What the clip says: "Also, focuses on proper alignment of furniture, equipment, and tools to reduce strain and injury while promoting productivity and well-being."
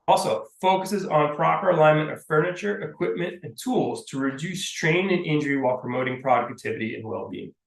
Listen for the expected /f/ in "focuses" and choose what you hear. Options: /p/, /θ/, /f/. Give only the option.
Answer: /f/